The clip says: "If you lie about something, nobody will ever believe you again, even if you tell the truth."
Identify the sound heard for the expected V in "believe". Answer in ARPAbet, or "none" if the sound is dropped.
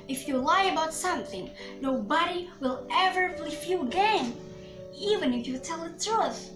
F